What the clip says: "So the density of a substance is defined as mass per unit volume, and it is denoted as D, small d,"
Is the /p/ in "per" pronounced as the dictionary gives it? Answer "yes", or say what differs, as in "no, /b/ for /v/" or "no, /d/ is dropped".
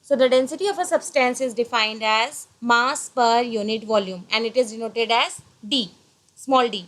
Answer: yes